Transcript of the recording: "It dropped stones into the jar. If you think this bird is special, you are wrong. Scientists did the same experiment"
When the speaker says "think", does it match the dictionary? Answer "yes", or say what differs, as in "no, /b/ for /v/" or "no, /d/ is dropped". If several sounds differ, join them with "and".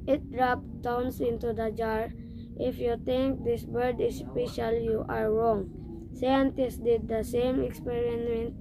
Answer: no, /t/ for /θ/